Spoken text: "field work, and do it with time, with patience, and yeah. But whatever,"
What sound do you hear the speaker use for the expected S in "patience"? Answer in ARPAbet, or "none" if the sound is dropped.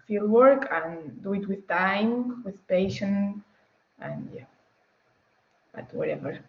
none